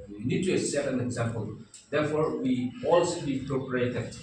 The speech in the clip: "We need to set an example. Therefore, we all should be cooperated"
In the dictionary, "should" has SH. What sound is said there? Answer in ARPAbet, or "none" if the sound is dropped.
S